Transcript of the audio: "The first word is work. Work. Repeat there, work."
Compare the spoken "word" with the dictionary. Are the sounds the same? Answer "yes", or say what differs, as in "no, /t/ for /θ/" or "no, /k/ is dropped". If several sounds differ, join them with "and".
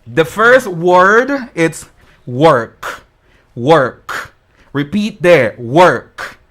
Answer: yes